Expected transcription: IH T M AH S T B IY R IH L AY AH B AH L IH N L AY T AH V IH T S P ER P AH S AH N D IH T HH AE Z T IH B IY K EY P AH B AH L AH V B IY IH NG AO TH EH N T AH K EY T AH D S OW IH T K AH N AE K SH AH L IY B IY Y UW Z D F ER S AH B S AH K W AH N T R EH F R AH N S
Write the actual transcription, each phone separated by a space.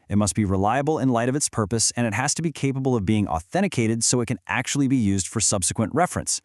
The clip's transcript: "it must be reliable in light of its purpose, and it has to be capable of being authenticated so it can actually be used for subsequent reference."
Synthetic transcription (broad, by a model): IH T M AH S T B IY R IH L AY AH B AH L IH N L AY T AH V IH T S P ER P AH S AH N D IH T HH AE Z T IH B IY K EY P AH B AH L AH V B IY IH NG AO TH EH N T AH K EY T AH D S OW IH T K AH N AE K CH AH L IY B IY Y UW Z D F ER S AH B S AH K W AH N T R EH F R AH N S